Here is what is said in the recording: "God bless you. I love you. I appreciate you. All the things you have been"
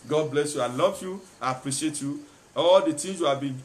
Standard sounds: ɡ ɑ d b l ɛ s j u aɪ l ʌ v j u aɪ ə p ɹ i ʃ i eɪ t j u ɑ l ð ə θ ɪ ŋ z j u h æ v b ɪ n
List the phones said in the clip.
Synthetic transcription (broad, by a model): ɡ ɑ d b l ɛ s j u aɪ l ʌ v j u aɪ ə p ɹ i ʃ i eɪ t j u ɑ l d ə t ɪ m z j u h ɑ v b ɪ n